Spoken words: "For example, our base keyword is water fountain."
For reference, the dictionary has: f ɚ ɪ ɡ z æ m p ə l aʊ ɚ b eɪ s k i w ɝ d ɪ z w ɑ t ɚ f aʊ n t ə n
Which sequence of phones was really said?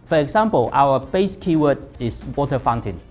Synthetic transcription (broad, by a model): f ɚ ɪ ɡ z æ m p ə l aʊ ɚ b eɪ s k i w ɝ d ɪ s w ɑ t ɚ f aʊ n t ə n